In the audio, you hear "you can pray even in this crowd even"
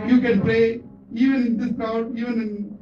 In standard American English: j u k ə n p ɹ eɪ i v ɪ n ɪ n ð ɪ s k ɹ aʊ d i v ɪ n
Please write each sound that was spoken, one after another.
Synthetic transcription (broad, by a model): j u k ə n p ɹ eɪ i v ɪ n ɪ n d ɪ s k aʊ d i v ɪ n